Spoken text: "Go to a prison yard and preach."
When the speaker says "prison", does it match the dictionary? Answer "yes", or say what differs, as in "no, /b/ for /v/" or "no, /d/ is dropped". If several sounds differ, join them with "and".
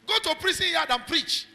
no, /s/ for /z/